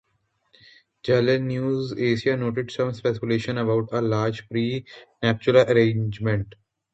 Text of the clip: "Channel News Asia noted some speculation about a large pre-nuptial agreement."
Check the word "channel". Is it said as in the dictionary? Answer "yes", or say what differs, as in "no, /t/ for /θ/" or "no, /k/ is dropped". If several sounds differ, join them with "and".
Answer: no, /l/ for /n/